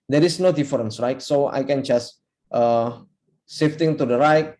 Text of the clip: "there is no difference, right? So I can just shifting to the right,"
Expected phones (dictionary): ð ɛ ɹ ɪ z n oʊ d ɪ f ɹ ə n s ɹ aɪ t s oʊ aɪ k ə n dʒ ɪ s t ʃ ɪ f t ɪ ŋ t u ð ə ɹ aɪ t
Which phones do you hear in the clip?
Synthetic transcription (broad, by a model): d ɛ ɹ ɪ s n oʊ d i f ɹ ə n s ɹ aɪ t s oʊ aɪ k ə n dʒ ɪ s t s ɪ f t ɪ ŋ t u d ə ɹ aɪ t